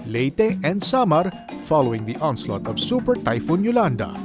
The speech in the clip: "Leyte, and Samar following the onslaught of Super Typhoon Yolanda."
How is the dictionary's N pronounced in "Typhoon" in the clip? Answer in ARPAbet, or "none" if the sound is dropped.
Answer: N